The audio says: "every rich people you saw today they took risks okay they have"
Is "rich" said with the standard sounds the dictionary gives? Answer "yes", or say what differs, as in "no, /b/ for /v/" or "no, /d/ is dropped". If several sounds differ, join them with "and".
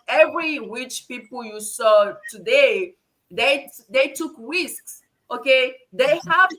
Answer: no, /w/ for /ɹ/